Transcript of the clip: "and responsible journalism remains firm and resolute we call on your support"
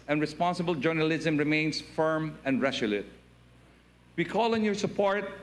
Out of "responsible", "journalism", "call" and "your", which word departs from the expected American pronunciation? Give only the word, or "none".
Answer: none